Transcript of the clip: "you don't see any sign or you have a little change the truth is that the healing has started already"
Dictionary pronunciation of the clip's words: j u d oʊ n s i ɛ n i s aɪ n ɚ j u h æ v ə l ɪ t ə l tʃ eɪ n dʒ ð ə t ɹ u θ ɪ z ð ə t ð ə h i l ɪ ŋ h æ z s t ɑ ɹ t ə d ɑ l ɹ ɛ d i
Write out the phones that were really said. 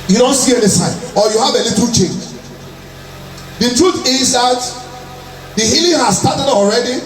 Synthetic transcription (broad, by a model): j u d oʊ n s i ɛ n i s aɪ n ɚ j u h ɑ v ə l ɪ t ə l tʃ eɪ n dʒ ð ə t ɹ u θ ɪ z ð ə t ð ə h i l ɪ ŋ h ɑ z s t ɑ t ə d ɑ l ɹ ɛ d i